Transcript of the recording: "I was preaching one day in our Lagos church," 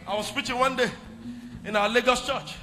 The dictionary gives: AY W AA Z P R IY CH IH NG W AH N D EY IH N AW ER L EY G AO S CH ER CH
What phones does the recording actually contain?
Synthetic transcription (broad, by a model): AY W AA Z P IY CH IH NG W AH N D EY IH N AW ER L EY G AO S CH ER CH